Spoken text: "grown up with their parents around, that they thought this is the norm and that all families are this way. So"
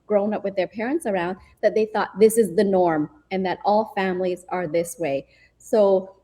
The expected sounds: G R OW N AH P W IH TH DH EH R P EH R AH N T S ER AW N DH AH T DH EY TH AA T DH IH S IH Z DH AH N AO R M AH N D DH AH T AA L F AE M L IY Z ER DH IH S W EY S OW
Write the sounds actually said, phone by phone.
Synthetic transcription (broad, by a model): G R OW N AH P W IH DH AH R P EH R AH N T S ER AW N DH AH T DH EY TH AA T DH IH S IH Z DH AH N AO R M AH N DH AH T AA L F AE M L IY Z ER DH IH S W EY S OW